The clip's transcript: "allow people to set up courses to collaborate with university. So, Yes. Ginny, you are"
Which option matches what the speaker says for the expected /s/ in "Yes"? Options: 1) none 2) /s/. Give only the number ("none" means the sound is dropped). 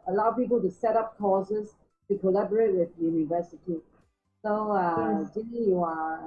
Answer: 1